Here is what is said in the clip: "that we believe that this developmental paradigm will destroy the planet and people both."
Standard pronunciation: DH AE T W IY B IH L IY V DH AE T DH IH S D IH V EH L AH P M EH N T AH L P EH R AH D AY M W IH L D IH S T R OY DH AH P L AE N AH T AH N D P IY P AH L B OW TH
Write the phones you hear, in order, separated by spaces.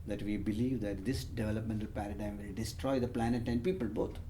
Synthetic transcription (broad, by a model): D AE T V IY B IH L IY V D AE T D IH S D IH V EH L AH P M EH N T AH L P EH R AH D AY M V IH L D IH S T R OY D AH P L AE N AH T AH N D P IY P AH L B OW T